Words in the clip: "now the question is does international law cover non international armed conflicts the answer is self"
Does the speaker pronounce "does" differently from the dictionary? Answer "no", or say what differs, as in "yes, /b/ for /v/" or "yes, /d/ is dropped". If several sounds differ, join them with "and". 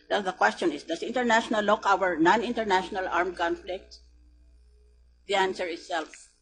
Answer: yes, /s/ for /z/